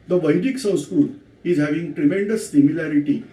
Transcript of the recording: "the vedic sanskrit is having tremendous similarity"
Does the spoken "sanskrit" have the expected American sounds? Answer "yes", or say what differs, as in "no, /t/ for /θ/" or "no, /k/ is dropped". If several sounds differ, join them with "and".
no, /n/ is dropped and /ɹ/ is dropped